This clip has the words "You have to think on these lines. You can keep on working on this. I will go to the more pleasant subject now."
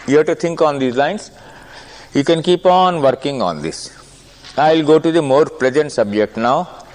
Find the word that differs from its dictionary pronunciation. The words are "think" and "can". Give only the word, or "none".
think